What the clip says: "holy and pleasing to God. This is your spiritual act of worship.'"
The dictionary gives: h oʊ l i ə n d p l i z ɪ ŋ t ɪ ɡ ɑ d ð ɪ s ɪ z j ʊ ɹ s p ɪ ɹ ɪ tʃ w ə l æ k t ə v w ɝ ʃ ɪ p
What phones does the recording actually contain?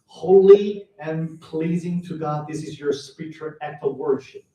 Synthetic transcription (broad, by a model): h oʊ l i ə n p l i z ɪ ŋ t ɪ ɡ ɑ d ð ɪ s ɪ z j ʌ ɹ s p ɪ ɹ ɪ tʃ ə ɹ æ t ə w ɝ ʃ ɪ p